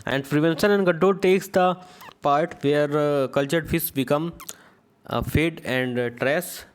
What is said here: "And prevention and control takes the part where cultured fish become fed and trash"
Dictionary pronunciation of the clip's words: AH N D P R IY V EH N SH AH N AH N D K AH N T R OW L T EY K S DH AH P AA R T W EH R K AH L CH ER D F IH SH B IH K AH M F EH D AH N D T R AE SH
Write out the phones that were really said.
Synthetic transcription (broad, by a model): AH N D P R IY V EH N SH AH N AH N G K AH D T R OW T EY K S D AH P AA R T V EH R K AH L CH ER D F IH S B IH K AH M F EH D AH N D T R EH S